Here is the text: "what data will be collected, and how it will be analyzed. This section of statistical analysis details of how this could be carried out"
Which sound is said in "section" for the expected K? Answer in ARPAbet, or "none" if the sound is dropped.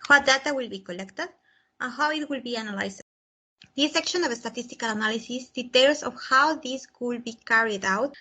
K